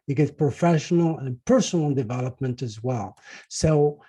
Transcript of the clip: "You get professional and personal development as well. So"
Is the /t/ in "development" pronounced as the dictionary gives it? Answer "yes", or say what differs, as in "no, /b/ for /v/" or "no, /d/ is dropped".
yes